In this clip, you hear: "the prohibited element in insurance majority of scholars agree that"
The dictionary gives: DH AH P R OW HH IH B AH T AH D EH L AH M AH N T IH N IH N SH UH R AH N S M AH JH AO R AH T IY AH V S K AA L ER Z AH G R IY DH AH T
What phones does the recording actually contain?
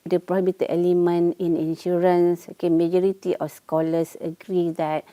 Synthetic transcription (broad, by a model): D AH P R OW HH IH B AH T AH EH L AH M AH N IH N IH N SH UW R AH N S M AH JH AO R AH T IY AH F S K AA L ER S AH G R IY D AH T